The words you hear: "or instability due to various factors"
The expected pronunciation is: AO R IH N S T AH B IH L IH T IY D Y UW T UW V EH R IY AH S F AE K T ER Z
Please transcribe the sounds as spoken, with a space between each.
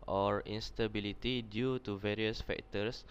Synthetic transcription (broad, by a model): AO R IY N S T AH B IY L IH T IY D Y UW T UW V EH R IY AH S F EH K T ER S